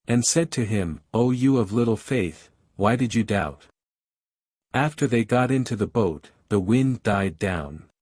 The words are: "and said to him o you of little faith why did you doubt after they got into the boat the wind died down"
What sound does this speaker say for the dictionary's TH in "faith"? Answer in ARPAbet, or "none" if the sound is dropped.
TH